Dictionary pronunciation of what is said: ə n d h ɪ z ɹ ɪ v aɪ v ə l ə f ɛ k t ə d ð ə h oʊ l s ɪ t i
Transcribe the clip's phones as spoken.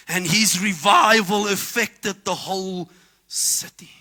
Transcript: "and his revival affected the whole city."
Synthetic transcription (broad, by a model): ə n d h ɪ z ɹ ɪ v aɪ v ə l ə f ɛ k t ə d ð ə h oʊ l s ɪ t i